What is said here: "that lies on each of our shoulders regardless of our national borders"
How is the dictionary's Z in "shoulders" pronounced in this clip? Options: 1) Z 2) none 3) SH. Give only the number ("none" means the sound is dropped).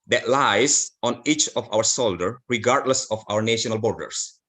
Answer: 2